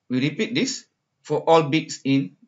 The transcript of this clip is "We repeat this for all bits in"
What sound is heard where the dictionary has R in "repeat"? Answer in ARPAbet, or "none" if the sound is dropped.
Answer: R